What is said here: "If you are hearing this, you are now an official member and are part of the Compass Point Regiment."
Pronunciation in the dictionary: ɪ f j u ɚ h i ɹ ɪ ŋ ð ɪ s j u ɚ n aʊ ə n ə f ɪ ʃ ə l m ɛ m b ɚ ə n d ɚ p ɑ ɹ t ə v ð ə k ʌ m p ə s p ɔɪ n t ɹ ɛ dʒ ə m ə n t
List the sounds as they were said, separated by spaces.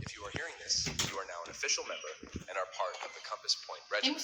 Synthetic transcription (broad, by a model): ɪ f j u ɚ h i ɹ ɪ ŋ ð ɪ s j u ɚ n aʊ ə n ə f ɪ ʃ l m ɛ m b ɚ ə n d ɚ p ɑ ɹ t ə v ð ə k ʌ m p ə s p ɔɪ n t ɹ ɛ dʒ